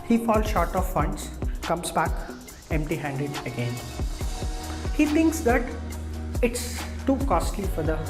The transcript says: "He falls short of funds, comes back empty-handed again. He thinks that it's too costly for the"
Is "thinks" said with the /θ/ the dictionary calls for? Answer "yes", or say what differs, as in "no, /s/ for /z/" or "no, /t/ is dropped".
no, /t/ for /θ/